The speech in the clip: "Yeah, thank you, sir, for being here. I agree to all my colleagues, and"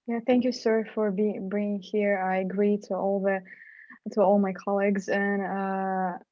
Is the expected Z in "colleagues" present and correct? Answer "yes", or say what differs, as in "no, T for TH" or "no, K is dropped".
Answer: yes